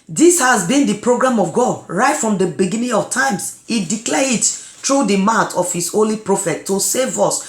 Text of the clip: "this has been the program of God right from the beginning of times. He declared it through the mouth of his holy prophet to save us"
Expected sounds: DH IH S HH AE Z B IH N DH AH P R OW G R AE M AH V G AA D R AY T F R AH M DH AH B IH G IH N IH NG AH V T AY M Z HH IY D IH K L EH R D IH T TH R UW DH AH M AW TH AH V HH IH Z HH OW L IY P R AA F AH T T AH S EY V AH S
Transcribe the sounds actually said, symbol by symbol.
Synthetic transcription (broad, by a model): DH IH S HH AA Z B IH N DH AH P R OW G R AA M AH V G AA D R AY T F R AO M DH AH B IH G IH N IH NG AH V T AY M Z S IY D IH K L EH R IH T T R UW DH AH M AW T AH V HH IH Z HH OW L IY P R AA F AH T T AH S EY V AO S